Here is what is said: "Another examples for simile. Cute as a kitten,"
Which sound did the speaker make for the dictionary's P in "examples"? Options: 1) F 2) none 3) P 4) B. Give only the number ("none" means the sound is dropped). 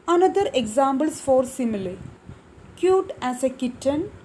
4